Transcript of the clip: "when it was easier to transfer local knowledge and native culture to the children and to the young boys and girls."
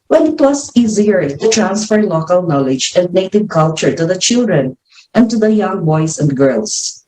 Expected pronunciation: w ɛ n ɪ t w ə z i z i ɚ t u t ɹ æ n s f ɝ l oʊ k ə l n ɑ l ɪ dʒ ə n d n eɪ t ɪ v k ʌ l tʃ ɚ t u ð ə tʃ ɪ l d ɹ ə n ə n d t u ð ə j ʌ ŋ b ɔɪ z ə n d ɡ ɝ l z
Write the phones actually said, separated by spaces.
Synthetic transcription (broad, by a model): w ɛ n ɪ t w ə s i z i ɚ t u t ɹ æ n s f ɝ l oʊ k ə l n ɑ l ɪ dʒ ə n d n eɪ t ɪ v k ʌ l tʃ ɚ t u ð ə tʃ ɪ l d ɹ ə n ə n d t u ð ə j ʌ ŋ b ɔɪ s ə n d ɡ ɝ l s